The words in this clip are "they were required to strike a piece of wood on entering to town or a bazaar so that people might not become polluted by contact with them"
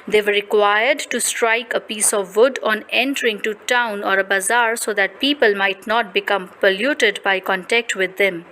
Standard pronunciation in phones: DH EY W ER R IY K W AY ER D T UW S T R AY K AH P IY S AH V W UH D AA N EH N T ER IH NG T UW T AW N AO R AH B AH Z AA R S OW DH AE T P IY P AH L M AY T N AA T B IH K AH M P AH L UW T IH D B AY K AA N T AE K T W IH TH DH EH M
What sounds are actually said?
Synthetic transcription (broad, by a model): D EY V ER R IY K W AY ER D T UW S T R AY K AH P IY S AH V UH D AA N EH N T ER IH NG T UW T AW N AO R AH B AH Z AA R S OW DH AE T P IY P AH L M AY T N AA T B IH K AH M P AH L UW T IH D B AY K AA N T AE K T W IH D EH M